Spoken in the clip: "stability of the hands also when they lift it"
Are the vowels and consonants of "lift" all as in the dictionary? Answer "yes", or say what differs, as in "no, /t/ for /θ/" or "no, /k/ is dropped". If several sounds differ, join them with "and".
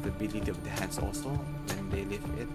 no, /t/ is dropped